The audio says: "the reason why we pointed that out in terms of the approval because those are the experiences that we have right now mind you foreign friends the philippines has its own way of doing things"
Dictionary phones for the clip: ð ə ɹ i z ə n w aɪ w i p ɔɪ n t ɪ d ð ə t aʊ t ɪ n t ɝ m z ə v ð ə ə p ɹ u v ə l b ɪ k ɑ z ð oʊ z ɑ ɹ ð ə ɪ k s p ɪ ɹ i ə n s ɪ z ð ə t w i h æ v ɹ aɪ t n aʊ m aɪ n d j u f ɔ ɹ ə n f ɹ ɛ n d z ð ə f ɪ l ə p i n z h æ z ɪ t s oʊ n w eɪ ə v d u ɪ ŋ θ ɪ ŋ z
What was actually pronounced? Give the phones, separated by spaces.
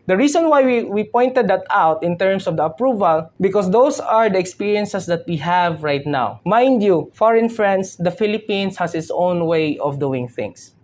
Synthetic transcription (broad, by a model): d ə ɹ i s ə n w aɪ w i p ɔɪ n t ɪ d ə t aʊ t ɪ n t ɝ m s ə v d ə ə p ɹ u v ə l b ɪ k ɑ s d oʊ s ɑ ɹ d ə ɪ k s p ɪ ɹ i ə n s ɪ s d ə t w i h æ v ɹ aɪ t n aʊ m aɪ n d j u f ɔ ɹ ə n f ɹ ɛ n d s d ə f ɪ l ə p i n s h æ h ɪ t s oʊ n w eɪ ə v d u ɪ ŋ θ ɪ ŋ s